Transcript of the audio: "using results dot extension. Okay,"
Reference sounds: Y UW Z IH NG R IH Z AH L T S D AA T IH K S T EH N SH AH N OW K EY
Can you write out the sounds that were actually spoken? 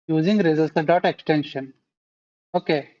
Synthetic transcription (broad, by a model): Y UW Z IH NG R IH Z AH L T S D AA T IH K S T EH N SH AH N OW K EY